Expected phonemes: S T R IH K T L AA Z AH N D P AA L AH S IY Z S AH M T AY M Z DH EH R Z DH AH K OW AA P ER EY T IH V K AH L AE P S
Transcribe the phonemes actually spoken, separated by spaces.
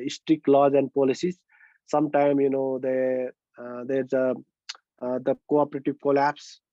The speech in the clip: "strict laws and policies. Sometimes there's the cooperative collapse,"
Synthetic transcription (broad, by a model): S T R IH K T L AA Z AH N D P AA L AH S IY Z S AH M T AY M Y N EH R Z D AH K OW AA P ER EY T IH V K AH L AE P S